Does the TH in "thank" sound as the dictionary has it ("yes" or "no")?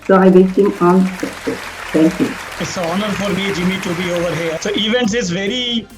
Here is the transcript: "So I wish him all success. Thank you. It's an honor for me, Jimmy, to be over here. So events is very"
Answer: no